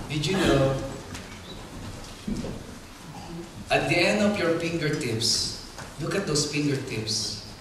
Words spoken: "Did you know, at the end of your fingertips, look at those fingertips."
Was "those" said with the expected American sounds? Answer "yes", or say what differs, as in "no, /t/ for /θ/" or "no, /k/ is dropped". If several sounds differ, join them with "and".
no, /s/ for /z/